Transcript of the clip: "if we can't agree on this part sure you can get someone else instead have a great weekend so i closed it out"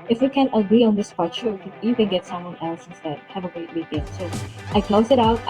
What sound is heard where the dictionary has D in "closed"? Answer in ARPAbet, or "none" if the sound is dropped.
none